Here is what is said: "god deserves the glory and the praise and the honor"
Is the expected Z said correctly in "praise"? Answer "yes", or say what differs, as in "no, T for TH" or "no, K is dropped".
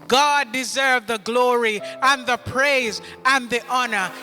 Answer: yes